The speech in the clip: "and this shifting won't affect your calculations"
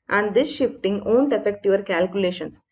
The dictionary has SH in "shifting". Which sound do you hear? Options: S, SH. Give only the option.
SH